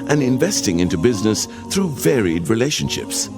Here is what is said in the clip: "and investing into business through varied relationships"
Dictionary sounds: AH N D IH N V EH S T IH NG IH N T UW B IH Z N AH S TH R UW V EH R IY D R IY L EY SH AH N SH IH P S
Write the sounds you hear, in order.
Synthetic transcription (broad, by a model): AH N IH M V EH S T IH NG IH N T UW B IH Z N AH S TH R UW V EH R IY D R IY L EY SH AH N SH IH P S